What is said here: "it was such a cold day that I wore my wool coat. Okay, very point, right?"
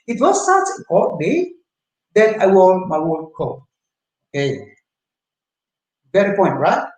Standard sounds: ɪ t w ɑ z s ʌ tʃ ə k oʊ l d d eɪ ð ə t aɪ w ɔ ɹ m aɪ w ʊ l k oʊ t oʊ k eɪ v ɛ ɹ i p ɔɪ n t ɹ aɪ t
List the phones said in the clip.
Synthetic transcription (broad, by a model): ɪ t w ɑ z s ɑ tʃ ə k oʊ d d eɪ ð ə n aɪ w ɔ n m aɪ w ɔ n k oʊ oʊ k eɪ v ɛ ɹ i p ɔɪ n t ɹ aɪ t